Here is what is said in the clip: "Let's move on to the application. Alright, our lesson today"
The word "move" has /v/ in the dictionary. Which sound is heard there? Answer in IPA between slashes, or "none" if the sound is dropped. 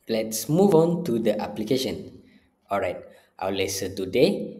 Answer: /v/